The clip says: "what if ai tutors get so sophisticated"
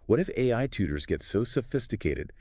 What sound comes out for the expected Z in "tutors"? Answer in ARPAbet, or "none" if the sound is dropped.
Z